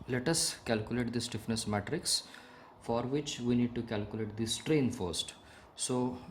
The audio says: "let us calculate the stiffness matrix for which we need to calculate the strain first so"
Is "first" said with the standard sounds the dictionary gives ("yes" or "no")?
yes